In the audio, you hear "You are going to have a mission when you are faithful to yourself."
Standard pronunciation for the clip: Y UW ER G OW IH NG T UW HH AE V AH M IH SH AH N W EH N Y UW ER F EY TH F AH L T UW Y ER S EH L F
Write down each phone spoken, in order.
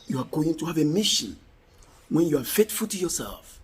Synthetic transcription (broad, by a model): Y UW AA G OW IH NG T UW HH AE V AH M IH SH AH N W EH N Y UW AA F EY T F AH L T UW Y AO S EH L F